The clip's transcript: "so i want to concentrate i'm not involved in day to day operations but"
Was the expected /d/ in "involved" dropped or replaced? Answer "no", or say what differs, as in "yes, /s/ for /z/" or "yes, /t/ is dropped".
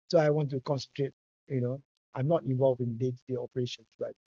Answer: yes, /d/ is dropped